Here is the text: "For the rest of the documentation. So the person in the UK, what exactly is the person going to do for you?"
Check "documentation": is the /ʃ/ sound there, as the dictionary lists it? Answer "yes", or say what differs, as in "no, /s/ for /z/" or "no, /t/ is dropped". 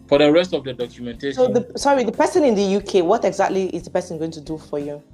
no, /s/ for /ʃ/